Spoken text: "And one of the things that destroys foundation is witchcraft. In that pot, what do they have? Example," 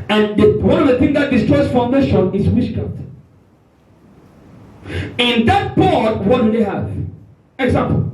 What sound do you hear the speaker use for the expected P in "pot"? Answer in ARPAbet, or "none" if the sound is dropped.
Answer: B